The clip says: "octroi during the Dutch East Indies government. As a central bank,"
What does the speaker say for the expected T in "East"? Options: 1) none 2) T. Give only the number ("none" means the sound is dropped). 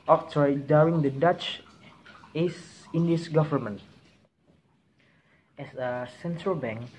1